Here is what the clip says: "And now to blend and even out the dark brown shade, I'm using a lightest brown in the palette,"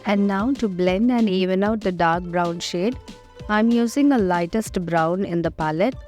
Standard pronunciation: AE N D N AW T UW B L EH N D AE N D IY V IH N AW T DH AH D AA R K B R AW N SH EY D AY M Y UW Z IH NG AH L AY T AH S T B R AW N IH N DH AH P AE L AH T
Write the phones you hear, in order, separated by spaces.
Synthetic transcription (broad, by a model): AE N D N AW T UW B L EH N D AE N D IY V IH N AW T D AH D AA R K B R AW N SH EY D AY M Y UW Z IH NG AH L AY T AH S T B R AW N IH N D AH P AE L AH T